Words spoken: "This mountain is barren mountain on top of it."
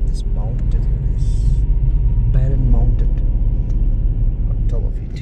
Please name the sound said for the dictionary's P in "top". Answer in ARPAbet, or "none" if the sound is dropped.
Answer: B